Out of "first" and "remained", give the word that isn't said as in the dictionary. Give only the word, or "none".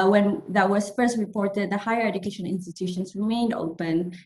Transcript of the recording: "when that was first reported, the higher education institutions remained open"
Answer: none